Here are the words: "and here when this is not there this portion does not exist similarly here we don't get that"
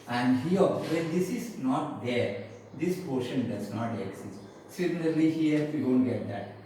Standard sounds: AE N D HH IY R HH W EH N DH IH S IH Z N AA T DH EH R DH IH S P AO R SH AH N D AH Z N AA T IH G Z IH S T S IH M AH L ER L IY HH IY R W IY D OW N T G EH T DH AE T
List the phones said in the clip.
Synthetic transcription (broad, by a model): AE N D HH IY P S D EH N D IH S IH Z N AA T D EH R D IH S P AO R SH AH N D AH Z N AA T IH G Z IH S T S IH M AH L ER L IY HH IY R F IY D OW N T G EH T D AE T